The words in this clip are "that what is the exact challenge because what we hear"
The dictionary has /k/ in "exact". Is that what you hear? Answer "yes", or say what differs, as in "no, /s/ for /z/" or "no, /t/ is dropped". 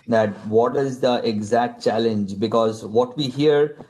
yes